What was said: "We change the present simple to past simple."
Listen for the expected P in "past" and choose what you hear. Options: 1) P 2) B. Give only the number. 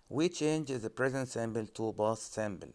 2